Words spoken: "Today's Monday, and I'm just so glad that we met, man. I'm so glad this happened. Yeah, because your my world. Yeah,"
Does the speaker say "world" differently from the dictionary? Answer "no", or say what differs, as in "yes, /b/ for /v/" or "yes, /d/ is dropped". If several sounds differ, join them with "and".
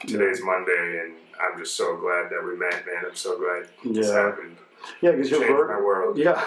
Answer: no